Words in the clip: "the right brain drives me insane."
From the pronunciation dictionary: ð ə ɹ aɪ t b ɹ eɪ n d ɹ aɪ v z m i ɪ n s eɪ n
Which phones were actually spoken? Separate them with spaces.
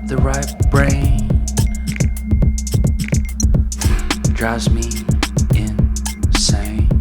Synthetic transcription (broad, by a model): ð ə ɹ aɪ t b ɹ eɪ n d ɹ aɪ z m i ɪ n s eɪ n